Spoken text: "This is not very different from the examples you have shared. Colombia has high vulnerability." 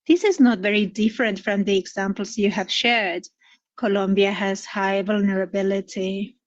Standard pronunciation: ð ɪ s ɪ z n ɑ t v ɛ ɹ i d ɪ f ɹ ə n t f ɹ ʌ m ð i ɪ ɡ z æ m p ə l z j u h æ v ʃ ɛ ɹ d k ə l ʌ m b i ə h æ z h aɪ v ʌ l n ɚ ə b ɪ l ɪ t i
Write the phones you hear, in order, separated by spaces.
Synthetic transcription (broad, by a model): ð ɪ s ɪ z n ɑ t v ɛ ɹ i d ɪ f ɹ ə n t f ɹ ʌ m ð i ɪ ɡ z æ m p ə l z j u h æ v ʃ ɛ ɹ d k ə l ʌ m b i ə h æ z h aɪ v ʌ l n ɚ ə b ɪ l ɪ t i